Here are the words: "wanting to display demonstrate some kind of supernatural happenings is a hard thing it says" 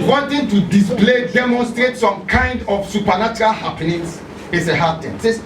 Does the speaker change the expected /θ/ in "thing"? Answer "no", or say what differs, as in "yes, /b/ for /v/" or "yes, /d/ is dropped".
yes, /t/ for /θ/